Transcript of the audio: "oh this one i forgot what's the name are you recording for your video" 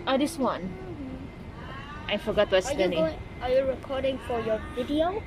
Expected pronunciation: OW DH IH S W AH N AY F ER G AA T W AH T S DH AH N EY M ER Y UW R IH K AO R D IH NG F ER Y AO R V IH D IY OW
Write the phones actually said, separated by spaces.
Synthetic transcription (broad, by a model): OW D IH S W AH N AY F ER G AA T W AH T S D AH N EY AA Y UW R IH K AO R D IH NG F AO Y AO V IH D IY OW